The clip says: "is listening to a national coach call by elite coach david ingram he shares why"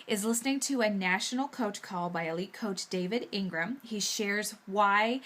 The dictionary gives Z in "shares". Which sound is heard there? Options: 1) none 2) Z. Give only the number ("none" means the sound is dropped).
2